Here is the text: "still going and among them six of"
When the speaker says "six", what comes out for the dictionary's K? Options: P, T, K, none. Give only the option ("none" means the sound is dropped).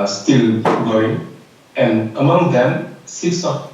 none